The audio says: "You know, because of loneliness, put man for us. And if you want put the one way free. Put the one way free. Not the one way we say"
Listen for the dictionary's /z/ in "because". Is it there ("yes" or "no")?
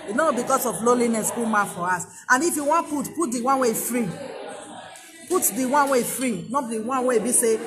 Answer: no